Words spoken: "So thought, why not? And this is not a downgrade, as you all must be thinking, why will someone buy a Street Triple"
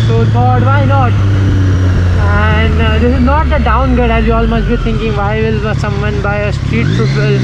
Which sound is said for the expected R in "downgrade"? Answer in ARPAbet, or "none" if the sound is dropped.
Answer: none